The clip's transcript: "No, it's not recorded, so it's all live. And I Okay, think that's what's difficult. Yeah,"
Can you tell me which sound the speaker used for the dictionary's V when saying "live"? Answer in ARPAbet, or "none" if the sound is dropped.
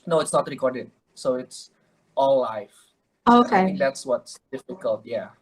none